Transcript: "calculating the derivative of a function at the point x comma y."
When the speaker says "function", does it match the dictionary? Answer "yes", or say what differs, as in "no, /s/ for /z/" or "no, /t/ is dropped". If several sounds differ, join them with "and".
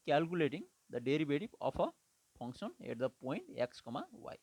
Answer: no, /p/ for /f/